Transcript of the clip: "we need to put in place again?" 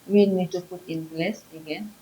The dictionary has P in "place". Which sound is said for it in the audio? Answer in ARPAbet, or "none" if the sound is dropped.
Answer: B